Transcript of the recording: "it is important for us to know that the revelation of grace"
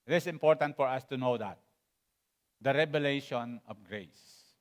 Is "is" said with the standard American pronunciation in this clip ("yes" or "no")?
no